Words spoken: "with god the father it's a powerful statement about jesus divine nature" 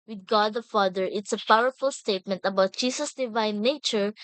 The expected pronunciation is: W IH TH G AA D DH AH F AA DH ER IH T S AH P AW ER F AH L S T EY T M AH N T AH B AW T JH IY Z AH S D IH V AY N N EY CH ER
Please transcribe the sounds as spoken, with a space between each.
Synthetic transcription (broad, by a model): W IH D G AA D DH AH F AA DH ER IH T S AH P AW ER F AH L S T EY T M AH N T AH B AW T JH IY S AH S D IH V AY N N EY CH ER